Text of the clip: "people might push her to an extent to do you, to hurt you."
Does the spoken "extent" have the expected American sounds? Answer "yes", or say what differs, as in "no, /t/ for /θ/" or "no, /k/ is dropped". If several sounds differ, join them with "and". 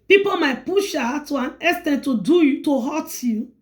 no, /k/ is dropped